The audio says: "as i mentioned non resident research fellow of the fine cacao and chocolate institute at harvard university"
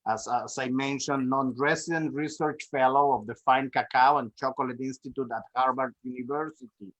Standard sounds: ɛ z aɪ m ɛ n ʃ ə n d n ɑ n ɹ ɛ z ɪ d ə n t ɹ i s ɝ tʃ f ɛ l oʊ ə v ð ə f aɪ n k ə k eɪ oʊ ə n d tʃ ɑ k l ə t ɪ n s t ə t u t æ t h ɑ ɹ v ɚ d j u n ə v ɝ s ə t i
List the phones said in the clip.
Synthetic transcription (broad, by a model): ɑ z aɪ m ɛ n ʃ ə n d n ɑ n ɹ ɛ s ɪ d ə n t ɹ i s ɝ tʃ f ɛ l oʊ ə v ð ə f aɪ n k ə k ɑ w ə n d tʃ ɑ k l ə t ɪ n s t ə t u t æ t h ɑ ɹ b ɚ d j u n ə v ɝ s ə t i